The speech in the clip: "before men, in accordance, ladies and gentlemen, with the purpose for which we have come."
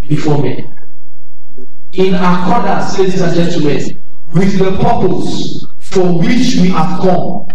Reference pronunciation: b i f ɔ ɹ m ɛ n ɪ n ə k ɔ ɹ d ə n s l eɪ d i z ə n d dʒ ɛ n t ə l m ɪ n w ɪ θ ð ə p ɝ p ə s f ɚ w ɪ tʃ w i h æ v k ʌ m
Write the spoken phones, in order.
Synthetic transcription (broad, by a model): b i f ɔ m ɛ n ɪ n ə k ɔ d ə s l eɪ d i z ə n dʒ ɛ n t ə m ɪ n w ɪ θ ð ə p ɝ p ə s f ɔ w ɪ tʃ w i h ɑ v k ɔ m